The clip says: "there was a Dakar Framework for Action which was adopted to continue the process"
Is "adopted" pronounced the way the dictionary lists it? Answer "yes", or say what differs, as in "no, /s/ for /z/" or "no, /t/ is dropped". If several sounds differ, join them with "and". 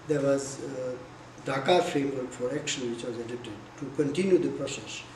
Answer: no, /p/ is dropped